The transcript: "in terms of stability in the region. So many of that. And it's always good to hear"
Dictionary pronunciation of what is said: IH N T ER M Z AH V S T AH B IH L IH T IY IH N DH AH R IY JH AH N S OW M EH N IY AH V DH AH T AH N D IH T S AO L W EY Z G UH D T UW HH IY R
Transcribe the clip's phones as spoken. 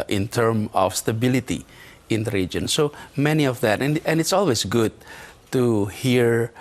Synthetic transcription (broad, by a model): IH N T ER M AH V S T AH B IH L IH T IY IH N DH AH R IY JH AH N S OW M EH N IY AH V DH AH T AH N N IH T S AO L W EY S G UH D T UW HH IY R